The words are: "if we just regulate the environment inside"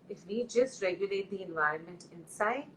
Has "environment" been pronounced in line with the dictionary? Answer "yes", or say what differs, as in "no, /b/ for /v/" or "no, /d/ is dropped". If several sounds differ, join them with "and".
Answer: yes